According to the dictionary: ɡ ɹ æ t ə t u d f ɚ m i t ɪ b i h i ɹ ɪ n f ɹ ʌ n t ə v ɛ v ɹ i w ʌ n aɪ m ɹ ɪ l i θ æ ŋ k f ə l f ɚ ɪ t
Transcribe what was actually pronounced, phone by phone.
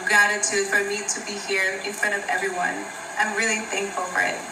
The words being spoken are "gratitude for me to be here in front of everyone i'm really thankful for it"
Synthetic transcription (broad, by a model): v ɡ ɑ t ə t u f ɚ m i t ɪ b i h i ɹ ɪ n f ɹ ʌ t ə v ɛ v ɹ i w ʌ n aɪ m ɹ ɪ l i θ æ ŋ k f l f ɚ ɪ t